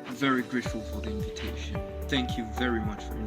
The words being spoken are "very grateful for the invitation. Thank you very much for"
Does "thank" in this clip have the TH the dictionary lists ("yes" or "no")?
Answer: yes